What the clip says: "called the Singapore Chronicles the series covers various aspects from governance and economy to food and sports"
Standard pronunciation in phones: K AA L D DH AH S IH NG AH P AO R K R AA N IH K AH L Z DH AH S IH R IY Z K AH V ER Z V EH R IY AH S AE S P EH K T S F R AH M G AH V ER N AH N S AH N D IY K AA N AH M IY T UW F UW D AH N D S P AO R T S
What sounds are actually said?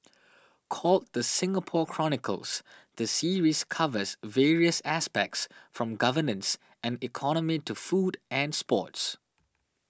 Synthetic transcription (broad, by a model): K AA L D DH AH S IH NG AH P AO K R AA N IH K AH L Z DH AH S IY R IY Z K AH V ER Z V EH R IY AH S AE S P EH K T S F R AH M G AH V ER N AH N S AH N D IY K AA N AH M IY T UW F UW D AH N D S P AO T S